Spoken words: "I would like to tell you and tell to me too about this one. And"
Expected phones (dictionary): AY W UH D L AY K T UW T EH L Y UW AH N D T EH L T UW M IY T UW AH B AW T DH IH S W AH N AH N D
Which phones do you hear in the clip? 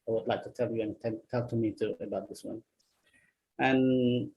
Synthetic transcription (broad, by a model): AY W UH D L AY K T UW T EH L Y UW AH N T T EH L T UW M IY T UW AH B AW T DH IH S W AH N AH N